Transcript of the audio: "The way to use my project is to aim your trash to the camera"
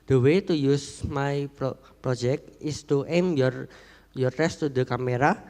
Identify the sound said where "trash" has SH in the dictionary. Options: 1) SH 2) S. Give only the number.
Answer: 2